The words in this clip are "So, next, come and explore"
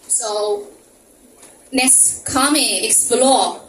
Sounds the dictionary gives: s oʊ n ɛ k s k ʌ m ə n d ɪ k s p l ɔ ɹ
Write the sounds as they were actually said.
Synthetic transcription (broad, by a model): s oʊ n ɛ s k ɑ m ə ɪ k s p l ɔ